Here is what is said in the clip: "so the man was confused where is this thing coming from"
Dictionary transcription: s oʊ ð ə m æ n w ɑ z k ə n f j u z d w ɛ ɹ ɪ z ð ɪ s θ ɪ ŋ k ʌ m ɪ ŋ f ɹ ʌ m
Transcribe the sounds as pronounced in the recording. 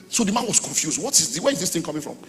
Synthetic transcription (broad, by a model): s oʊ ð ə m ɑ n w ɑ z k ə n f j u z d w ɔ w ɪ z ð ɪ s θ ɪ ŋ k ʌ m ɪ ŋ f ɹ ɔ m